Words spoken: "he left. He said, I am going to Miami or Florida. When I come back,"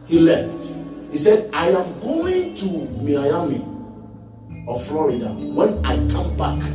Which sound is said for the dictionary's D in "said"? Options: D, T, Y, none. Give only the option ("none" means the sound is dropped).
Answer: D